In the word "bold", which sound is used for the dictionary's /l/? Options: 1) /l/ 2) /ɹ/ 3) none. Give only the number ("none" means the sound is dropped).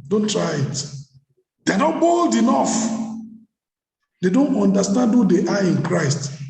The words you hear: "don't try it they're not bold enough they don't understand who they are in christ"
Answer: 1